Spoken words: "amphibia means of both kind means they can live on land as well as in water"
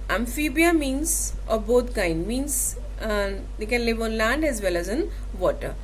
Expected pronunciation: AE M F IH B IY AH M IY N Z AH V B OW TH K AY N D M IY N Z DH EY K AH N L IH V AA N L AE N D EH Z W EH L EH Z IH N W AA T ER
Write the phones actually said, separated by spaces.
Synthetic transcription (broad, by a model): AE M F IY B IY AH M IY N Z AH V B OW T K AY N D M IY N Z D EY K AH N L IH V AA N L AE N D EH Z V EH L EH Z IH N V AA T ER